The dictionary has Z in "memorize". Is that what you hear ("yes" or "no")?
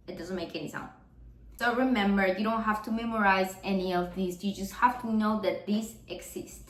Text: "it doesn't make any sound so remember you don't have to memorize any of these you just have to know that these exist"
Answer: yes